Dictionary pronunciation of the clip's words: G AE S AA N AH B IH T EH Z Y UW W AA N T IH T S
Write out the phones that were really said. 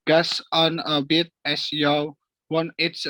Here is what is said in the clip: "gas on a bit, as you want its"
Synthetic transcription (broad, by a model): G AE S AA N AH B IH T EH S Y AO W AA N IH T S